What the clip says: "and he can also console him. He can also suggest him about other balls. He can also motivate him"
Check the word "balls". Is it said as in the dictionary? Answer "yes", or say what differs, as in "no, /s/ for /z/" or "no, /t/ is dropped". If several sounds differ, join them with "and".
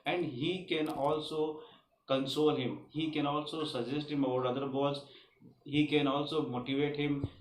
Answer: no, /l/ is dropped